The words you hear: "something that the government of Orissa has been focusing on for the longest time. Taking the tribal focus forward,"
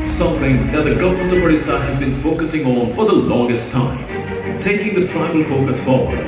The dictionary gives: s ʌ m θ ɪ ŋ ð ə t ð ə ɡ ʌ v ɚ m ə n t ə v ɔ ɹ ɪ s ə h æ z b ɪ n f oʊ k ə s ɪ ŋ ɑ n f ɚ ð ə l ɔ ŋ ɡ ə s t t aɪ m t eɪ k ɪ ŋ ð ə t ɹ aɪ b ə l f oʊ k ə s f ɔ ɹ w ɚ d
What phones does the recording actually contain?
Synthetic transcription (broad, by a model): s ʌ m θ ɪ ŋ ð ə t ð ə ɡ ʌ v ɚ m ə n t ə p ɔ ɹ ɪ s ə h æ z b ɪ n f oʊ k ə s ɪ ŋ ɑ n f ɚ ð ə l ɔ ŋ ɡ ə s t t aɪ m t eɪ k ɪ ŋ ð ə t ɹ aɪ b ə l f oʊ k ə s f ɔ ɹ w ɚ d